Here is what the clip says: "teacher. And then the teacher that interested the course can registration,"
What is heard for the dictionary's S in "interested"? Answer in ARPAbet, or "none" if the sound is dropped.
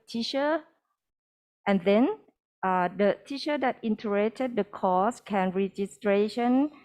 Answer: none